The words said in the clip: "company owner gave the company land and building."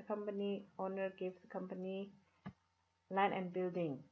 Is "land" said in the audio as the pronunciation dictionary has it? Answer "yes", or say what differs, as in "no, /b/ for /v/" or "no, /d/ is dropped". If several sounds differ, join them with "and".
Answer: no, /d/ is dropped